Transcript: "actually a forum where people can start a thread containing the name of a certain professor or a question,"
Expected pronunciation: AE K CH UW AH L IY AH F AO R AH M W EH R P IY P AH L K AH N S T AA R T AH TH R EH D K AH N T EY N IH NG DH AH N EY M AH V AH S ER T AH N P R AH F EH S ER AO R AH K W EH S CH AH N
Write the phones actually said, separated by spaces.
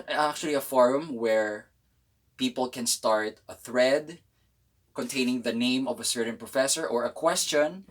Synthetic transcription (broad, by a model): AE K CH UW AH L IY AH F AO R AH M W EH R P IY P AH L K AH N S T AA R T AH TH R EH D K AH N T EY N IH NG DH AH N EY M AH V AH S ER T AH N P R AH F EH S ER AO R AH K W EH S CH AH N